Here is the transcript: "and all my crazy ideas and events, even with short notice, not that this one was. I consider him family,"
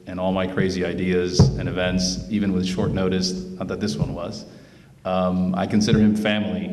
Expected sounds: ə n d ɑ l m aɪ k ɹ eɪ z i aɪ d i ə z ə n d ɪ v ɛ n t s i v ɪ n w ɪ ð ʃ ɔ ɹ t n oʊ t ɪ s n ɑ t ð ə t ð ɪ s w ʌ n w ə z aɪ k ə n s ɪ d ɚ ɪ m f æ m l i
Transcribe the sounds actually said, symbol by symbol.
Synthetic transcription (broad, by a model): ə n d ɑ l m aɪ k ɹ eɪ z i aɪ d i ə z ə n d ɪ v ɛ n t s i v ɪ n w ɪ ð ʃ ɔ ɹ t n oʊ t ɪ s n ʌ t ð ə t ð ɪ s w ʌ n w ə z aɪ k ə n s ɪ d ɚ ɪ m f æ m l i